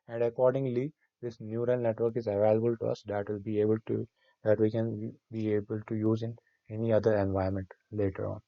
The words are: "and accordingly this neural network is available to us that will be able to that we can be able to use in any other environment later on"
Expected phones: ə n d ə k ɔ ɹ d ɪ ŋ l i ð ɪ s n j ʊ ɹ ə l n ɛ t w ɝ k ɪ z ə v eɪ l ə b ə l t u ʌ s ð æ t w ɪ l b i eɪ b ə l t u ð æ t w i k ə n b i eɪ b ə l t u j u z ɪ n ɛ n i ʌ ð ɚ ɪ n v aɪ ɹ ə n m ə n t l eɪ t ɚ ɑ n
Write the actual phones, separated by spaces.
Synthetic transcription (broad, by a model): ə n d ə k ɔ ɹ d ɪ ŋ l i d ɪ s n j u ɹ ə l n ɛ t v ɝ k ɪ z ə v eɪ l ə b ə l t u ʌ s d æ t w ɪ l b i eɪ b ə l t u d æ t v i k ə n b i eɪ b ə l t u j u z ɪ n ɛ n i ʌ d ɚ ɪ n v aɪ ə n m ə n t l eɪ t ɚ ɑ n